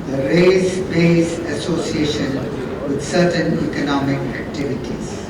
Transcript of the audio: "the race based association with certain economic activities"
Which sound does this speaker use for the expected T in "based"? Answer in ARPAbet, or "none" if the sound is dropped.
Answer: none